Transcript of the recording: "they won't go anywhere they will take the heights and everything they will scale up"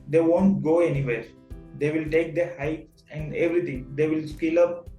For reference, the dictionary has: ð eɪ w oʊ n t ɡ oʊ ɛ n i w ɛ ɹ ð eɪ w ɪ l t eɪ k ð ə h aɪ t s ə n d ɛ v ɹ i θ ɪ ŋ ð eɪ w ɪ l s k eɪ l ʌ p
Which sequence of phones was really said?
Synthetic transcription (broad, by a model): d eɪ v oʊ n t ɡ oʊ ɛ n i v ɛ ɹ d eɪ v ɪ l t eɪ k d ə h aɪ t s ə n d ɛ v ɹ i t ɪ ŋ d eɪ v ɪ l s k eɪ l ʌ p